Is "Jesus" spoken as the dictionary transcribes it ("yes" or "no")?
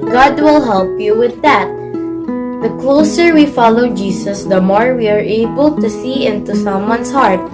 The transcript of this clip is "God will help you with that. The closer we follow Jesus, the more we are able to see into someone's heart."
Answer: no